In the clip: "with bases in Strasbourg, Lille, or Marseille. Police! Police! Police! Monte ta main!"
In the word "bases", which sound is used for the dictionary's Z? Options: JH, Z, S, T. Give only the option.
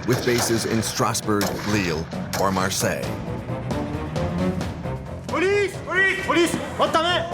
Z